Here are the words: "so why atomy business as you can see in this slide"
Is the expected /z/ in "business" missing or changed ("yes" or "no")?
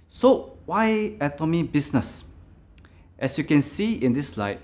yes